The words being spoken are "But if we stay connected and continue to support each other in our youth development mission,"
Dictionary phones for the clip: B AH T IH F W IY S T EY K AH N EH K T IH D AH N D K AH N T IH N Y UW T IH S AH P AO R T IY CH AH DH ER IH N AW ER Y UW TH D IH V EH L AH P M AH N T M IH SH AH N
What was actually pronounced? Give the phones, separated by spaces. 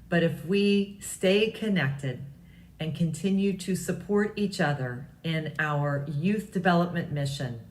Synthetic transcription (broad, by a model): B AH T IH F W IY S T EY K AH N EH K T IH D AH N K AH N T IH N Y UW T IH S AH P AO R T IY CH AH DH ER IH N AW ER Y UW TH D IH V EH L AH P M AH N M IH SH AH N